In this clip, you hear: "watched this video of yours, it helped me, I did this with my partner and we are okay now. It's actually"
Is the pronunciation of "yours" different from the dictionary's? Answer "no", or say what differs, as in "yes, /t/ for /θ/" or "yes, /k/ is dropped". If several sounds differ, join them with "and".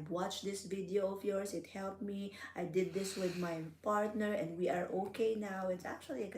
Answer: yes, /s/ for /z/